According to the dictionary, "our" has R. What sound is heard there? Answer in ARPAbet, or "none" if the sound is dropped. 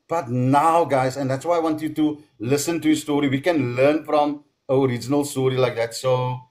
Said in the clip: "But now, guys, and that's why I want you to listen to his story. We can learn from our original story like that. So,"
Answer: R